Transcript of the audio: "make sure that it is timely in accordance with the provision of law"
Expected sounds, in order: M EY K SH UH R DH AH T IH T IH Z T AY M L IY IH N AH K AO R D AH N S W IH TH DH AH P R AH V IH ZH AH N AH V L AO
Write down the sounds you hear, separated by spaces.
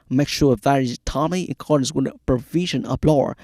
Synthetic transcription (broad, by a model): M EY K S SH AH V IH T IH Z T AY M IY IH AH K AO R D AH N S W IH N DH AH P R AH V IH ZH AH N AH B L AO